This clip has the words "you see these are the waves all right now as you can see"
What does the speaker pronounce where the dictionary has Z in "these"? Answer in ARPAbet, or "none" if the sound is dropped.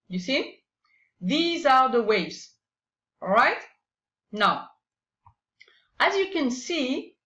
Z